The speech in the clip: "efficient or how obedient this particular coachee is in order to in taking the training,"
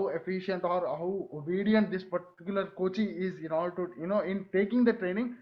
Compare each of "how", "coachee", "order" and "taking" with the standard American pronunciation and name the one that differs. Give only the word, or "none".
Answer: order